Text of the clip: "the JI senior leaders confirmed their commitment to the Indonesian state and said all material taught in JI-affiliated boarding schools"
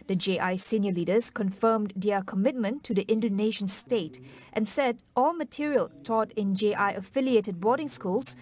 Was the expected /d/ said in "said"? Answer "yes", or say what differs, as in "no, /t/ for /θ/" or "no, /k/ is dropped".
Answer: yes